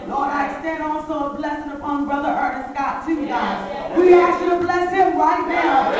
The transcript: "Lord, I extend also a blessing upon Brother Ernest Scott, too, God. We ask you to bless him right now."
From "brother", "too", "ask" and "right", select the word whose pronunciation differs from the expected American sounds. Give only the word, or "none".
ask